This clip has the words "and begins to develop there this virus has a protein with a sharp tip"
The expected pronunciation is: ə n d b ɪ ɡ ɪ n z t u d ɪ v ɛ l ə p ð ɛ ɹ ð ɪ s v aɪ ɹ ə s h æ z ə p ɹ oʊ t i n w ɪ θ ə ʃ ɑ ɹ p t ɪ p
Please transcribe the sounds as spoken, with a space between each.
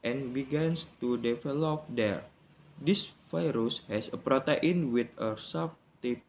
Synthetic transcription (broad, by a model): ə n b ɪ ɡ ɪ n s t u d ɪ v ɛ l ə p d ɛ ɹ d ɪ s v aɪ ɹ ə s h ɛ s ə p ɹ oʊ t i n w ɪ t ə s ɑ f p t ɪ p